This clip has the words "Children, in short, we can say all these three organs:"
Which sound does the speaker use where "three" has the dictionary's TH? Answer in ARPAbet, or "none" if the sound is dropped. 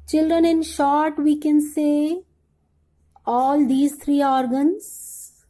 T